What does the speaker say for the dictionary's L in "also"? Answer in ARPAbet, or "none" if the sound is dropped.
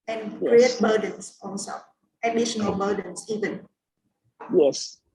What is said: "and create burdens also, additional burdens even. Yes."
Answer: N